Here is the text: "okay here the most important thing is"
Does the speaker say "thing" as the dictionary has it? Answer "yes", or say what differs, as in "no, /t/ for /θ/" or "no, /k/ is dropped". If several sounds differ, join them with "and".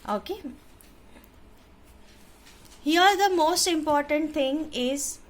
no, /t/ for /θ/